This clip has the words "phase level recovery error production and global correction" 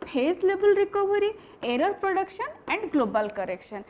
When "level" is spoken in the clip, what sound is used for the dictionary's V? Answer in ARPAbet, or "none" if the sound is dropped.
B